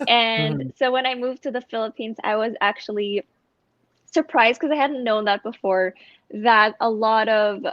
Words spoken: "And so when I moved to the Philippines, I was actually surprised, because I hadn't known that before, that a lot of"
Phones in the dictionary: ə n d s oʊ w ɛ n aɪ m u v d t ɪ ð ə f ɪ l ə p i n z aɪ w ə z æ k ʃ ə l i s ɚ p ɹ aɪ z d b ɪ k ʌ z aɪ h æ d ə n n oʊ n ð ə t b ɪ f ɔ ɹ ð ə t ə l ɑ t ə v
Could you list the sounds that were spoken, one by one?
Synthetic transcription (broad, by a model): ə n s oʊ w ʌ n aɪ m u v t ɪ ð ə f ɪ l ə p i n z aɪ w ə z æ k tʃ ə l i s ɚ p ɹ aɪ z d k ʌ z aɪ h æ d n n oʊ n ð ə t b ɪ f ɔ ɹ ð ə t ə l ɑ t ə v